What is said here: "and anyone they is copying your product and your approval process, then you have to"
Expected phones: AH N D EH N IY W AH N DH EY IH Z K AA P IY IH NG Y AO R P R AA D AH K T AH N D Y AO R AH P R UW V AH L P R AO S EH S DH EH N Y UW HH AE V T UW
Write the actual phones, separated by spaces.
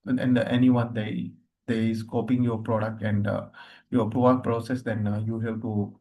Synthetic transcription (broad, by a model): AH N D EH N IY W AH N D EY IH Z K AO P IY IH NG Y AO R P R AA D AH K T AH N D Y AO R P R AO AH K P R AO S EH S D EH N Y UW HH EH P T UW